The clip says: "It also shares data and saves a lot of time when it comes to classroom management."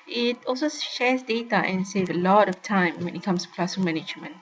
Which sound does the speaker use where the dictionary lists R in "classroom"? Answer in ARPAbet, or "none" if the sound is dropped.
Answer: none